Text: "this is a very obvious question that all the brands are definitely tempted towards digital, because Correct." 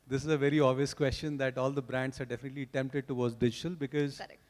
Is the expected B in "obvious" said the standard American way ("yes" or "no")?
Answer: no